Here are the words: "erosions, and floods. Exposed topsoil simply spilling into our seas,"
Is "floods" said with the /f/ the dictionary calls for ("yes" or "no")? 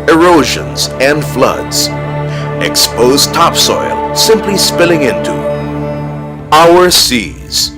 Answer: yes